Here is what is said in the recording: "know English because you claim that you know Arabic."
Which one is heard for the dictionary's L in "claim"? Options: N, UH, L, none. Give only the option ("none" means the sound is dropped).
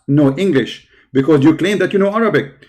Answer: L